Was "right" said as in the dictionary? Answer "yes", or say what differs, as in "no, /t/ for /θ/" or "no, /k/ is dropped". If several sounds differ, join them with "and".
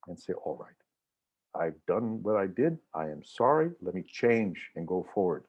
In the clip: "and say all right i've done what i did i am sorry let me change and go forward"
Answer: yes